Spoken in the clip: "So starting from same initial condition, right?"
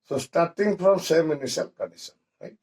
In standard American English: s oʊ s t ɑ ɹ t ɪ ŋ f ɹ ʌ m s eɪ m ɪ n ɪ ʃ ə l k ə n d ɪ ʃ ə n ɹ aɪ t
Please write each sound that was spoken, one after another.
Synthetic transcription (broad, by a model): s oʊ s t ɑ ɹ t ɪ ŋ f ɹ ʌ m s eɪ m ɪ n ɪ s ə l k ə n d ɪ s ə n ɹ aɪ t